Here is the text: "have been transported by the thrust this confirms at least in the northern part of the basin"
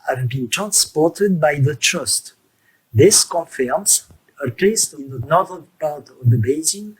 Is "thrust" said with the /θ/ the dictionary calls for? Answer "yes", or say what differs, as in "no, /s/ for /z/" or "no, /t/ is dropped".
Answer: no, /t/ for /θ/